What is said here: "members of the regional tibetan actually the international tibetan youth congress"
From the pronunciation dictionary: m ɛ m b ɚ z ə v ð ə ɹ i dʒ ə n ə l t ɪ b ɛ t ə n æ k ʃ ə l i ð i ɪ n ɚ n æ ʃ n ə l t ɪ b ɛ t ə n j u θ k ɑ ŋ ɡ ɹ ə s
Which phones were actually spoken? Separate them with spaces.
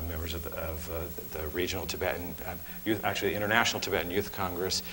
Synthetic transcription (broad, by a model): m ɛ m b ɚ z ə v ð ə ɹ i dʒ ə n l t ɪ b ɛ t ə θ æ k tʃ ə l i ð i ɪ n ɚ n æ ʃ n l t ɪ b ɛ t n j u θ k ɑ ŋ ɡ ɹ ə s